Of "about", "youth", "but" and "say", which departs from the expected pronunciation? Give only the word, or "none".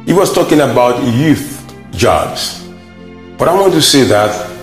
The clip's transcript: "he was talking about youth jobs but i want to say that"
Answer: none